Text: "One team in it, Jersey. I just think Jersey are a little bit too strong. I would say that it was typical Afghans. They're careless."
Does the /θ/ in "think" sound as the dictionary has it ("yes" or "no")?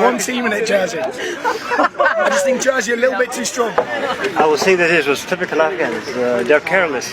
yes